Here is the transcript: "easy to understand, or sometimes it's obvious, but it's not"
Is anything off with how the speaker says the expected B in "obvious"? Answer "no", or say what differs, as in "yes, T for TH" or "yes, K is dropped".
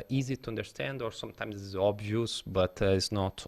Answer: no